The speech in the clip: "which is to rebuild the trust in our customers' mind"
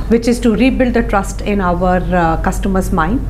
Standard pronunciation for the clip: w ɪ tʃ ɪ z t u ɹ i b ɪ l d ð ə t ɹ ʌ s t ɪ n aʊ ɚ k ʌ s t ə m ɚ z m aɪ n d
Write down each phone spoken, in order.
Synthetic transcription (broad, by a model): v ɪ tʃ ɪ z t u ɹ i b ɪ l d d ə t ɹ ʌ s t ɪ n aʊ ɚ k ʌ s t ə m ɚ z m aɪ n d